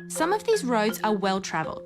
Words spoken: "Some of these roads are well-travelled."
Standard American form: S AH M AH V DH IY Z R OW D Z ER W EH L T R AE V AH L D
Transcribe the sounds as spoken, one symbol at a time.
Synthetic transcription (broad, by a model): S AH M AH V DH IY Z R OW D Z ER W EH L T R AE V AH L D